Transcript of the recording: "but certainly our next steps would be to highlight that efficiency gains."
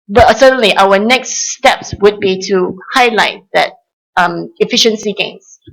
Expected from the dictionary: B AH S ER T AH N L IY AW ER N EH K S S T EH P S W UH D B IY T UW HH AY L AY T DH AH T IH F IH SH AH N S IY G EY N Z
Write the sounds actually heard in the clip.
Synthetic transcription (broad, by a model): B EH S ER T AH N L IY AW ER N EH K S S T EH P S W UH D B IY T UW HH AY L AY T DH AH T IH F IH SH AH N S IY G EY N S